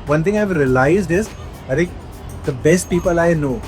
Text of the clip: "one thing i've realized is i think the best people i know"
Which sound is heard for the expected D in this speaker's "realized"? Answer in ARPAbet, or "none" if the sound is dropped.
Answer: D